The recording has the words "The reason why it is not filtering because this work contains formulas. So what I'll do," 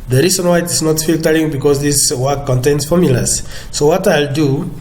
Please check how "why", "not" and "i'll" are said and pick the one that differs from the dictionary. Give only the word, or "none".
none